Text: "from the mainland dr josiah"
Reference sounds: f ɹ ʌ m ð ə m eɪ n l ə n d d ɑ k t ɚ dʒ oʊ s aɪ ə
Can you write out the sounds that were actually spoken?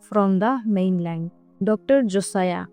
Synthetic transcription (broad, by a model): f ɹ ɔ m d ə m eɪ n l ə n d d ɑ k t ɚ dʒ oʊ s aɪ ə